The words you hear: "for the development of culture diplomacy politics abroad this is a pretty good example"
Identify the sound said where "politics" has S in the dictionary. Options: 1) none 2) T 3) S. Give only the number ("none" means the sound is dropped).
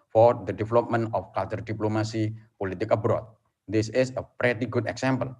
1